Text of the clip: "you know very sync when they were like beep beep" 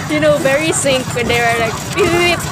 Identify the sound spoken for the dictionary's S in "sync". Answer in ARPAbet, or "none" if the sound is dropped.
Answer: S